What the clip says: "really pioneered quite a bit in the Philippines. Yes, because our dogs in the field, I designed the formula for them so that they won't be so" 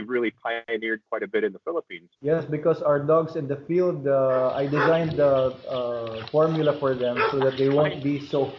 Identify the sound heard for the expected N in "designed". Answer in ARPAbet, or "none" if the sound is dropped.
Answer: N